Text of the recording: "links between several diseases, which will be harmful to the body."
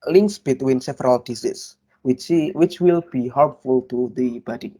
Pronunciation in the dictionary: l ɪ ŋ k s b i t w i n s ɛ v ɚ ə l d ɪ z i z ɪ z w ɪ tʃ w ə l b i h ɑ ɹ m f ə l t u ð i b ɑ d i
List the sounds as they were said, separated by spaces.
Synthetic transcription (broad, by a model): l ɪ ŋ k s b i t w i n s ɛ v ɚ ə l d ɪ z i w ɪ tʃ w ɪ tʃ w ə l b i h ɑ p f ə l t u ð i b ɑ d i